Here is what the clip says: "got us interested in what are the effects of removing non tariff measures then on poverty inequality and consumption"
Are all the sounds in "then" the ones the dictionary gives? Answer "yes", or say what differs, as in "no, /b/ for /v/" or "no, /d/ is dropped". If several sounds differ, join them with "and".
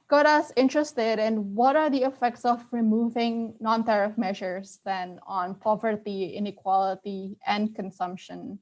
yes